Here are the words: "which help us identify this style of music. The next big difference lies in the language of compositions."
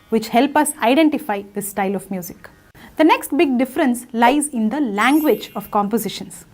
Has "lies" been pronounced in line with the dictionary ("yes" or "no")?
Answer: yes